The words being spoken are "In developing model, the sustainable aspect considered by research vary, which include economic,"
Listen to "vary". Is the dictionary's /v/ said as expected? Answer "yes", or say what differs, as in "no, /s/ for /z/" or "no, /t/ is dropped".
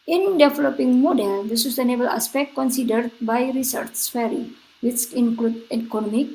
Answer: no, /f/ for /v/